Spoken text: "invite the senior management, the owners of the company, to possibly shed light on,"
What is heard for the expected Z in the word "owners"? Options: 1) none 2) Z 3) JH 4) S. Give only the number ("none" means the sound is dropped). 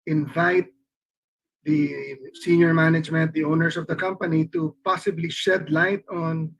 4